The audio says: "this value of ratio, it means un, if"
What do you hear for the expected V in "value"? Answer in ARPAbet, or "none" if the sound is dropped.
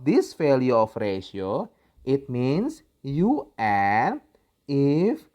F